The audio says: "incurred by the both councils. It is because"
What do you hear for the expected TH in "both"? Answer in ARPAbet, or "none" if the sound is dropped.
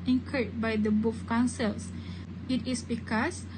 F